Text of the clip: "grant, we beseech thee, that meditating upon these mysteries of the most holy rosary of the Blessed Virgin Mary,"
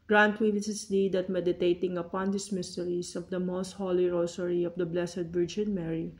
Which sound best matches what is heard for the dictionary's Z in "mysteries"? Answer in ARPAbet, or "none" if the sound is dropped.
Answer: S